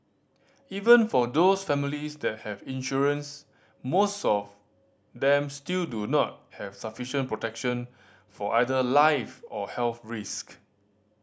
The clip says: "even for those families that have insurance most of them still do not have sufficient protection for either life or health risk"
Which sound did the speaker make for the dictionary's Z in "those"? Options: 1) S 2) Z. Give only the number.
1